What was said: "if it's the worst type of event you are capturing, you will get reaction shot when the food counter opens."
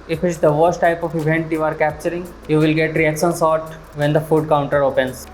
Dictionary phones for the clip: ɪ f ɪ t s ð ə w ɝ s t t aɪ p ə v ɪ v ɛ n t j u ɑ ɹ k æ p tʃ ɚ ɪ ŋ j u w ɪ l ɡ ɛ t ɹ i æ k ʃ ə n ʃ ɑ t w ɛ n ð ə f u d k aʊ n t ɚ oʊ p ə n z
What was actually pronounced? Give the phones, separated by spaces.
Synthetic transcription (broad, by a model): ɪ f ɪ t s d ə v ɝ s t t aɪ p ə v ɪ v ɛ n t j u ɑ ɹ k æ p tʃ ɚ ɪ ŋ j u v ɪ l ɡ ɛ t ɹ i æ k ʃ ə n s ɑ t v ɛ n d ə f u d k aʊ n t ɚ oʊ p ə n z